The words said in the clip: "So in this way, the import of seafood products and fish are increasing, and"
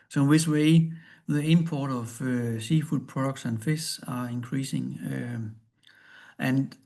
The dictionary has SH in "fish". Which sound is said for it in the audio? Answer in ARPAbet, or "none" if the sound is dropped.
S